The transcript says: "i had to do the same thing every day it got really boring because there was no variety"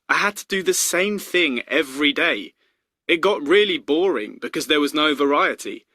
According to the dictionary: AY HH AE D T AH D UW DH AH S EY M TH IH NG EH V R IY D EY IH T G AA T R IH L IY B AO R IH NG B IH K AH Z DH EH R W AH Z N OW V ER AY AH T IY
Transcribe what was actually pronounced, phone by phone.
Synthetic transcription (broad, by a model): AY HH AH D T AH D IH DH AH S EY M TH IH NG EH V R IY D EY IH T G AA T R IH L IY B AO R IH NG B IH K AH Z DH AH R W AH Z N OW V ER AY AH T IY